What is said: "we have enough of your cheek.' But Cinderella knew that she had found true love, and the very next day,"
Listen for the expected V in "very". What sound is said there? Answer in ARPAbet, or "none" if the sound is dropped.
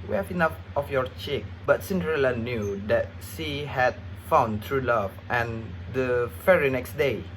F